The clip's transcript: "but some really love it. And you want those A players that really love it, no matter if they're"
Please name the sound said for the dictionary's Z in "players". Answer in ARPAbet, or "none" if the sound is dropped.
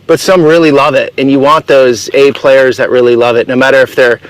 Z